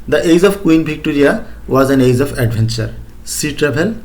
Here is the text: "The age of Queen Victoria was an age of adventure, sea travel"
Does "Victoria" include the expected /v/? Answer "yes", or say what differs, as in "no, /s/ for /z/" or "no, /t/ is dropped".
no, /b/ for /v/